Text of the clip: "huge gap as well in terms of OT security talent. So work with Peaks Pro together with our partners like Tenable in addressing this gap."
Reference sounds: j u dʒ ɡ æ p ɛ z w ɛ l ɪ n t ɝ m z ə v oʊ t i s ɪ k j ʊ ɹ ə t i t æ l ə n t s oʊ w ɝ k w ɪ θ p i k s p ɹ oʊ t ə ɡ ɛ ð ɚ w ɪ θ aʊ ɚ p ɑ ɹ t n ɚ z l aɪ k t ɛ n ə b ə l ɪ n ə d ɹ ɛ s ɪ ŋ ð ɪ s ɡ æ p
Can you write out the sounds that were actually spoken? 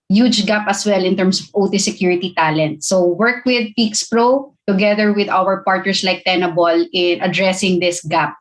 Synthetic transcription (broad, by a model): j u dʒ ɡ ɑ p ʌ s w ɛ l ɪ n t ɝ m s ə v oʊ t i s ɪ k j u ɹ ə t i t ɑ l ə n t s oʊ w ɝ k w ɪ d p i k s p ɹ oʊ t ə ɡ ɛ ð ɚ w ɪ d aʊ ɚ p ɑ ɹ t n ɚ s l aɪ k t ɛ n ə b ə l ɪ n ə d ɹ ɛ s ɪ ŋ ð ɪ s ɡ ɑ p